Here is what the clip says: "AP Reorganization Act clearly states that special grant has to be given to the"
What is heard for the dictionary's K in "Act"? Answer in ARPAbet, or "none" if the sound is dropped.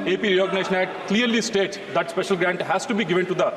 none